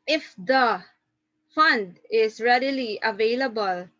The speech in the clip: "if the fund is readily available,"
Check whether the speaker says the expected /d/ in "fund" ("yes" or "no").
yes